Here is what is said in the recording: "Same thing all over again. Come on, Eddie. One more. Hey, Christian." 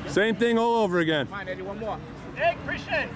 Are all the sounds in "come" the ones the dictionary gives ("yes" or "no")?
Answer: no